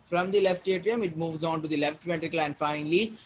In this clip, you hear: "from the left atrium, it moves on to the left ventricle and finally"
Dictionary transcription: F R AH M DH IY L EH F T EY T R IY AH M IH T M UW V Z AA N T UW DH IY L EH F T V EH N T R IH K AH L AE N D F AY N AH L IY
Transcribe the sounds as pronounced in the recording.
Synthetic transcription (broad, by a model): F R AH M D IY L EH F T EY T R IY AH M IH T M UW V Z AA N T UW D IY L EH F T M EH T R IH K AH L AE N D F AY N AH L IY